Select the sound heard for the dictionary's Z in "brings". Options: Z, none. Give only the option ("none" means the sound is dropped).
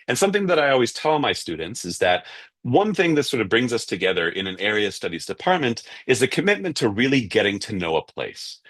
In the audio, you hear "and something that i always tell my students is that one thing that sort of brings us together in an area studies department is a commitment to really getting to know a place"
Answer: Z